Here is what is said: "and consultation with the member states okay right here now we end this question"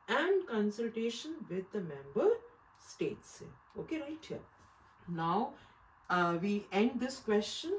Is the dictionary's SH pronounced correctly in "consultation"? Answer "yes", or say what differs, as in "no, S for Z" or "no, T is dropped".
yes